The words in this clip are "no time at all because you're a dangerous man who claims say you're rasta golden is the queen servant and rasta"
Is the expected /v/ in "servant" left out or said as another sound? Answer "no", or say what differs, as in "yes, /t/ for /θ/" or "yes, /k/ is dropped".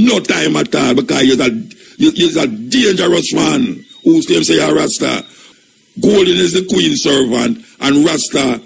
no